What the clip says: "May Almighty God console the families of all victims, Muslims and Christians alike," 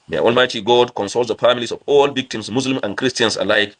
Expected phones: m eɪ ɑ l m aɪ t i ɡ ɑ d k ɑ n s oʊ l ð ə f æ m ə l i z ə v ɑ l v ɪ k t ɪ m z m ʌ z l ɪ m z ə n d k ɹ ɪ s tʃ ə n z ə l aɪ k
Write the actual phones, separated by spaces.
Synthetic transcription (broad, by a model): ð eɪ ɑ l m aɪ t i ɡ ɑ d k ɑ n s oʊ l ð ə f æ m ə l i s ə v ɑ l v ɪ k t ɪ m s m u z l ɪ m ə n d k ɹ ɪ s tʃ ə n s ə l aɪ k